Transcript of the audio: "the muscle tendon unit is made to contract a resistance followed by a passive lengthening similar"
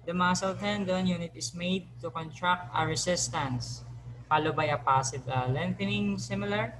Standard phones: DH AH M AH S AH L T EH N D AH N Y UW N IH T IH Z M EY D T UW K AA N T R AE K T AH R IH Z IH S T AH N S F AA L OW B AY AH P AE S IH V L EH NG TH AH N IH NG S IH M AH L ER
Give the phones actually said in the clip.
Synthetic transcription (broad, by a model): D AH M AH S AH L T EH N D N Y UW N IH T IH S M EY D T UW K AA N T R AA K T AH R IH S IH S T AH N S P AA L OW B AY AH P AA S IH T L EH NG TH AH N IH NG S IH M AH L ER